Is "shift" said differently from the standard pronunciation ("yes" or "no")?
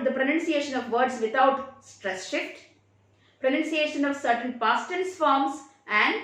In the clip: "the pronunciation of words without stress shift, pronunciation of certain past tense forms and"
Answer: no